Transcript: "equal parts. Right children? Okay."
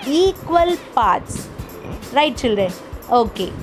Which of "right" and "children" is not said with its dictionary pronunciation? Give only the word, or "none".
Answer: children